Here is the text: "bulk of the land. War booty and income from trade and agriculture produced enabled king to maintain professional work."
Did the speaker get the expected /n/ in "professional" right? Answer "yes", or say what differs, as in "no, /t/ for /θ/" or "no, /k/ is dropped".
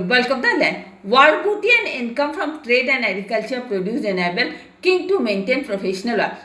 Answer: yes